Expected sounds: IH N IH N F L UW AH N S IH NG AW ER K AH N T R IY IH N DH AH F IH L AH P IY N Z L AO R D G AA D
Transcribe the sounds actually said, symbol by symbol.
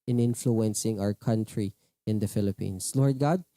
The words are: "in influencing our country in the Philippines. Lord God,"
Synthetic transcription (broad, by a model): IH N IH N F L UW AH N S IH NG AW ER K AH N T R IY IH N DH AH F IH L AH P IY N S L AO R D G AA D